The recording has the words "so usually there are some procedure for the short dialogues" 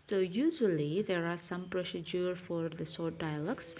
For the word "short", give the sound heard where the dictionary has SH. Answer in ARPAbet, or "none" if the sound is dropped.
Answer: S